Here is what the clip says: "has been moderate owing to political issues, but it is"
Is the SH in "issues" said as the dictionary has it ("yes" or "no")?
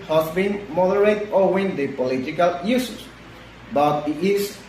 no